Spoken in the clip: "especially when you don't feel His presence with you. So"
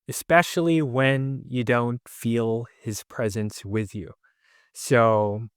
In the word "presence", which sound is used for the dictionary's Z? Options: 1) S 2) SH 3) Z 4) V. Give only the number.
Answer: 3